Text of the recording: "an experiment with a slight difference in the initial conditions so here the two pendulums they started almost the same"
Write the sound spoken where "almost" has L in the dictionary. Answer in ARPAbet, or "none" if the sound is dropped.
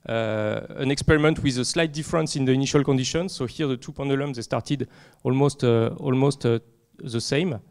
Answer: L